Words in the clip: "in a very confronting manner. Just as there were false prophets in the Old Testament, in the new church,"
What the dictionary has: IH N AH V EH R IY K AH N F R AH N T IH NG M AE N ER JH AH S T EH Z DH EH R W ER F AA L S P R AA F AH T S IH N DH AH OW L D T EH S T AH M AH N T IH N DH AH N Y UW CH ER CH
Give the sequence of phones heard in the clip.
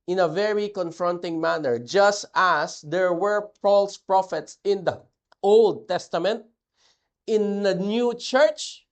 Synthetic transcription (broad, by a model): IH N AH V EH R IY K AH N F R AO N T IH NG M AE N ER JH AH S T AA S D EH R W ER P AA L S P R AA F AH T S IH N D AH OW L D T EH S T AH M AH N T IH N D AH N Y UW CH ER CH